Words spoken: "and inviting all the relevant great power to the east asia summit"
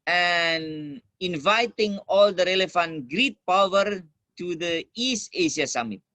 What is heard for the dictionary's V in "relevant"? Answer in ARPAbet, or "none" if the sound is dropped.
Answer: F